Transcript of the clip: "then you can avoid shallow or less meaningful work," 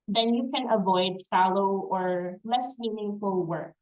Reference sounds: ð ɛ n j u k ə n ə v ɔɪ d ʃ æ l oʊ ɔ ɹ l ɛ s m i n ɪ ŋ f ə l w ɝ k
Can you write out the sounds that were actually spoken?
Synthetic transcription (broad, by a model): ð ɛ n j u k ə n ə v ɔɪ d s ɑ l oʊ ɔ ɹ l ɛ s m i n ɪ ŋ f ə l w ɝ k